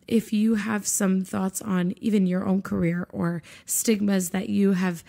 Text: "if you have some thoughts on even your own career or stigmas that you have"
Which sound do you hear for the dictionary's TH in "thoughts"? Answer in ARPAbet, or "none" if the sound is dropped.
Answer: TH